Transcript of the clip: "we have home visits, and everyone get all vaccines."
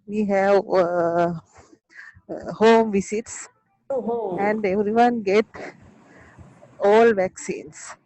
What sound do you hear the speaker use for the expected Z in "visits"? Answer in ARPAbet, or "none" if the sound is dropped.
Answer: S